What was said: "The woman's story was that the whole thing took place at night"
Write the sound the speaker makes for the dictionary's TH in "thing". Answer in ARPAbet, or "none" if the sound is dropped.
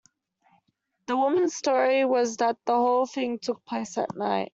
TH